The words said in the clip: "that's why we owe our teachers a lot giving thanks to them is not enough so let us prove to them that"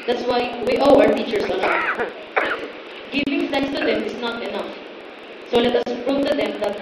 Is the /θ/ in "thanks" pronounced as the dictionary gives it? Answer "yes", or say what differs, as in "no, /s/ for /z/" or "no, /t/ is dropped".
no, /f/ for /θ/